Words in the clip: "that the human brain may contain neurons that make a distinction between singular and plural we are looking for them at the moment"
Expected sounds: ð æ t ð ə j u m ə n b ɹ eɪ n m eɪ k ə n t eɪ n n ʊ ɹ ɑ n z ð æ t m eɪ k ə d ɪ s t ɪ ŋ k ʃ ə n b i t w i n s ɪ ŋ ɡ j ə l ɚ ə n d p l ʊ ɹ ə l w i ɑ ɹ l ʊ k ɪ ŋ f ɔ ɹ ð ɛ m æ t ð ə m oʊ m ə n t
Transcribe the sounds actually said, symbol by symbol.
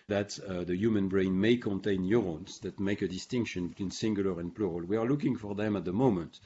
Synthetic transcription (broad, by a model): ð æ t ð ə j u m ə n b ɹ eɪ n m eɪ k ə n t eɪ n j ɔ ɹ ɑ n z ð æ t m eɪ k ə d ɪ s t ɪ ŋ k ʃ ə n b i t w i n s ɪ ŋ ɡ j ə l ɚ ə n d p l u ɹ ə l w i ɑ ɹ l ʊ k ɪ ŋ f ɔ ɹ ð ɛ m æ t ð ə m oʊ m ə n t